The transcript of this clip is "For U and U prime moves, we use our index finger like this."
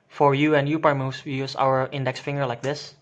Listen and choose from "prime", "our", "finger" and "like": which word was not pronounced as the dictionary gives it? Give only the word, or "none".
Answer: prime